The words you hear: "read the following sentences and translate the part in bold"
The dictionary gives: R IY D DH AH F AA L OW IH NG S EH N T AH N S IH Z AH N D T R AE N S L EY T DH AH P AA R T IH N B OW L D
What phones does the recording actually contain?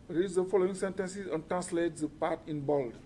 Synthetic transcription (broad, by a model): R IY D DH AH F AA L OW IH NG S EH N T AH N S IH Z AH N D T R AE N S L EY T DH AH P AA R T IH N B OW L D